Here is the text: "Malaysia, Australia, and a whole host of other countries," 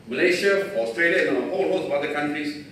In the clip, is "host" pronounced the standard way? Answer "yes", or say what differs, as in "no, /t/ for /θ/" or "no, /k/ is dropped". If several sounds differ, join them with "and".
no, /t/ is dropped